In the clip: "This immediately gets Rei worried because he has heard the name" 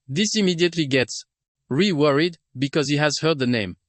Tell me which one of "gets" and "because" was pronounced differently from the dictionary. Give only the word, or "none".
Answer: none